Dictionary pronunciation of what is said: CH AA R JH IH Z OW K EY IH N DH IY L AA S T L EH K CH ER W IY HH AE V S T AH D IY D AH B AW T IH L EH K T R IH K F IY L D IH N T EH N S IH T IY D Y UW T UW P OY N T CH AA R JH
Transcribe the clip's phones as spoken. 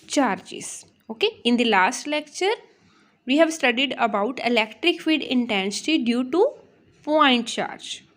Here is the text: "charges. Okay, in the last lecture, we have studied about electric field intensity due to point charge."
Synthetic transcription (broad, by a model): CH AA R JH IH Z OW K EY IH N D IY L AA S T L EH K CH ER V IY HH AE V S T AH D IY D AH B AW T IH L EH K T R IH K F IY D IH N T EH N S IH T IY D Y UW T UW P OY N T CH AA R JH